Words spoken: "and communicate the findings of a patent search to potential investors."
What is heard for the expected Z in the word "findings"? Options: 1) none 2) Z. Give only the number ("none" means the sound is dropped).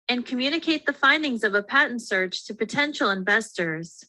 2